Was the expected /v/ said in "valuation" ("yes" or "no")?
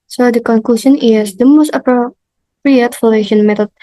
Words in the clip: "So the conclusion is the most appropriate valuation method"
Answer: no